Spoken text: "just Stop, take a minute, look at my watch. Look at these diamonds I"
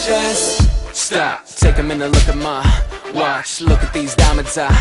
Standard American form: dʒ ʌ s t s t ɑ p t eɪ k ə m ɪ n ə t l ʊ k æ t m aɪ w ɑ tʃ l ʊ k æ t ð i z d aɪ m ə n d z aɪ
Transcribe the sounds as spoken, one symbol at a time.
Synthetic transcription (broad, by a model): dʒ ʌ s t s t ɑ p t eɪ k ə m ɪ n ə l ʊ k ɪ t m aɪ w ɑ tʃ l ʊ k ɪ t ð i z d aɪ m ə d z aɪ